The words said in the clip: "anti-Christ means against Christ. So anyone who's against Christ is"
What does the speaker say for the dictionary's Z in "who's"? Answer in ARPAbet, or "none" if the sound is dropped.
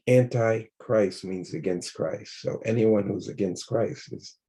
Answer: Z